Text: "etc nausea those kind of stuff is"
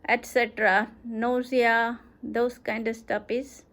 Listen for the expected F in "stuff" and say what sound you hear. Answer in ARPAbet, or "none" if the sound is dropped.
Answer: P